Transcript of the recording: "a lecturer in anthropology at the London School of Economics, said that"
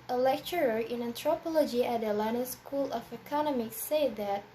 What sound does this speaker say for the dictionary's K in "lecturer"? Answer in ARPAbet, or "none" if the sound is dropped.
K